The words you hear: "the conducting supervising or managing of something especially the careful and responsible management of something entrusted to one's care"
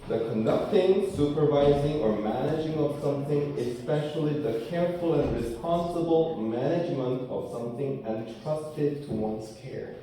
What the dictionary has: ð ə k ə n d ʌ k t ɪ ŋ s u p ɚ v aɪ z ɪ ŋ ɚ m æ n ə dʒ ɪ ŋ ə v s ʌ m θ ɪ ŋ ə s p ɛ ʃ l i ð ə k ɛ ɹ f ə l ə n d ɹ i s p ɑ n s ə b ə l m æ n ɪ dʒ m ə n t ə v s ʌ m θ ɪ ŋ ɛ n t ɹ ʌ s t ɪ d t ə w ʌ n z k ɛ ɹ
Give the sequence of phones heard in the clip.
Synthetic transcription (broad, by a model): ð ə k ə n d ʌ k t ɪ ŋ s u p ɚ v aɪ z ɪ ŋ ɚ m æ n ə dʒ ɪ ŋ ə v s ʌ m θ ɪ ŋ ə s p ɛ ʃ l i ð ə k ɛ ɹ f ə l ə n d ɹ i s p ɑ n s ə b l m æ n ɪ dʒ m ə n t ə v s ʌ m θ ɪ ŋ ɛ n t ɹ ʌ s t ɪ d t ə w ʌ n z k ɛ ɹ